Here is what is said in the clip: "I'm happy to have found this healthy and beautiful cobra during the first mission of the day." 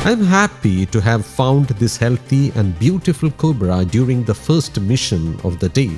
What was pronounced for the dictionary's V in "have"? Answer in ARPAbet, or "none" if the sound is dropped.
V